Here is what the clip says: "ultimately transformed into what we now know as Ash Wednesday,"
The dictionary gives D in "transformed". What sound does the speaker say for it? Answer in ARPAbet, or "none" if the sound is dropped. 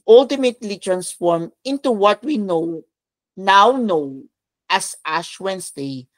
none